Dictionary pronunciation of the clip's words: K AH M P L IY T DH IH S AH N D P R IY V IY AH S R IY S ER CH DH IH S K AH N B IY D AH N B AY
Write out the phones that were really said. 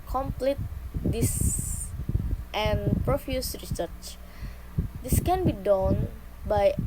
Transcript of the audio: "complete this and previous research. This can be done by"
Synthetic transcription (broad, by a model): K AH M P L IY T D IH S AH N P R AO F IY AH S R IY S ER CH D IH S K AH N B IY D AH N B AY